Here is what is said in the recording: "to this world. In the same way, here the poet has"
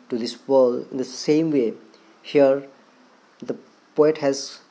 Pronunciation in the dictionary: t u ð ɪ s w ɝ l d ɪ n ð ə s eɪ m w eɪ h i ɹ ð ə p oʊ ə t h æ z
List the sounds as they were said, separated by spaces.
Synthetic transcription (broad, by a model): t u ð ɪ s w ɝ l ɪ n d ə s eɪ m w eɪ h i ɹ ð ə p oʊ ə t h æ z